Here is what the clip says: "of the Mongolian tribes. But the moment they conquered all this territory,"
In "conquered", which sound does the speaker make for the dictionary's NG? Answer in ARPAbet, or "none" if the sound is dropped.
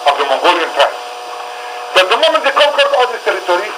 none